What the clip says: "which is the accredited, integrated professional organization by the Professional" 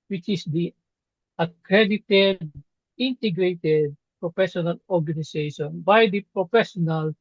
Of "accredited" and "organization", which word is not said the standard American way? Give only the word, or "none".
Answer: organization